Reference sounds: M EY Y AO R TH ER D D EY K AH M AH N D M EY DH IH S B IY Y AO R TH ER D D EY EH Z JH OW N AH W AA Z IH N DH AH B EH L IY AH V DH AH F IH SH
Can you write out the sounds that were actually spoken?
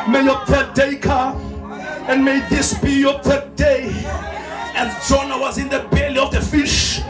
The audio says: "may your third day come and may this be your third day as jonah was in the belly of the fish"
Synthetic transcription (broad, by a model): M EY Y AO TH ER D D EY K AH AH N D M EY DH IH S B IY Y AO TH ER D D EY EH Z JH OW N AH W AA Z IH N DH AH B EH L IY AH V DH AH F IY SH